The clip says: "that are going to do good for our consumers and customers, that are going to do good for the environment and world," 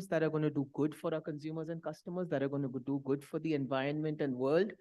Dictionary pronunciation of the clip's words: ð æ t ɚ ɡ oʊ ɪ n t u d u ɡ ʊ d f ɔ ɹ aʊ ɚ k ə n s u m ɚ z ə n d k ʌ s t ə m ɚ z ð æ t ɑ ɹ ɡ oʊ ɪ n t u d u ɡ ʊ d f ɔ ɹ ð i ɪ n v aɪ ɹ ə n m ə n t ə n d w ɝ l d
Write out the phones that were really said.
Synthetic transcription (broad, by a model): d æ t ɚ ɡ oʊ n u d u ɡ ʊ d f ɔ ɹ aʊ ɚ k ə n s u m ɚ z ə n d k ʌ s t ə m ɚ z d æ t ɑ ɹ ɡ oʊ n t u d u ɡ ʊ d f ɔ ɹ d i ɪ n v aɪ ɹ ə n m ə n t ə n d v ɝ l d